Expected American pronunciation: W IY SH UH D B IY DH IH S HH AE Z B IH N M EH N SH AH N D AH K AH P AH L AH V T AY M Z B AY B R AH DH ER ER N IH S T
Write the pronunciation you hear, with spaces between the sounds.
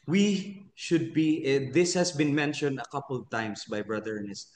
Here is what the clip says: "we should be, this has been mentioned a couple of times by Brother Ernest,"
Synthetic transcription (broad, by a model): W IY SH UH D B IY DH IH S HH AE S B IH N M EH N SH AH N D AH K AH P AH L AH V T AY M S B AY B R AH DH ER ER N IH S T